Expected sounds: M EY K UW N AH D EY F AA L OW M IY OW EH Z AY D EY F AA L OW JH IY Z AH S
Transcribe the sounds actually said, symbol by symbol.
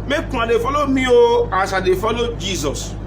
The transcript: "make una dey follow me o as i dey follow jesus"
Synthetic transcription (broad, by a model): M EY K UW AH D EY F AA L OW M IY OW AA S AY D EY F AA L OW JH IY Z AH S